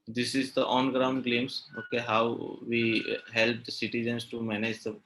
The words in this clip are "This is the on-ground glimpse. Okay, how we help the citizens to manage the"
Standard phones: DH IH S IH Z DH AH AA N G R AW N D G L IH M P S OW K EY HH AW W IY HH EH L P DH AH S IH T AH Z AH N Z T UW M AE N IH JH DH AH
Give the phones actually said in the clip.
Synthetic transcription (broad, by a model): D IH S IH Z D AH AA N G R AW N D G L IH M S OW K EY HH AW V IY HH EH L P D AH S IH T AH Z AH N S T UW M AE N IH JH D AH